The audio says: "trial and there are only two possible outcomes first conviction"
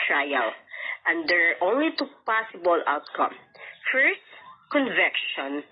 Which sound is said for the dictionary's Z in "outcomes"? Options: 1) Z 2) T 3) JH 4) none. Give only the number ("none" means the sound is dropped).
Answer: 4